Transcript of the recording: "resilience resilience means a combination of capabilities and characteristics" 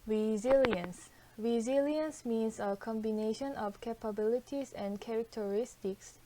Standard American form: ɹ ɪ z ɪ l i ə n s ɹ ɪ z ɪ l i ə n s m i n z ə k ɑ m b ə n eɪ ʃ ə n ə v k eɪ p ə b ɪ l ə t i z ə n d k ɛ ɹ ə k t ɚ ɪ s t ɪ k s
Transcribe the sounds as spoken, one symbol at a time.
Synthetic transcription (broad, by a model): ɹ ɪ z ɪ l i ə n s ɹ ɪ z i l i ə n s m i n s ə k ɑ m b ə n eɪ ʃ ə n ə f k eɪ p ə b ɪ l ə t i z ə n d k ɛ ɹ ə k t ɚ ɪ s t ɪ k s